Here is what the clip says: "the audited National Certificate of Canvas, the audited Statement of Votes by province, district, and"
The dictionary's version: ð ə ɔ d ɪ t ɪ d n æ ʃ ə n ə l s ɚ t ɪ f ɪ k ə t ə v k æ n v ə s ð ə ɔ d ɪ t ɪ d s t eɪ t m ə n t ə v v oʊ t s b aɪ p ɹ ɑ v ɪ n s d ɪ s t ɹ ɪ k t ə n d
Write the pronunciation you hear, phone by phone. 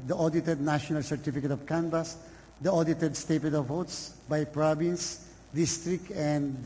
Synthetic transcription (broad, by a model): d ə ɔ d ɪ t ɪ d n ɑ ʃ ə n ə l s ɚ t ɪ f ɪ k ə t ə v k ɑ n b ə s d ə ɔ d ɪ t ɪ d s t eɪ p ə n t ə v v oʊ t s b aɪ p ɹ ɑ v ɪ n s d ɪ s t ɹ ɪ k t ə n d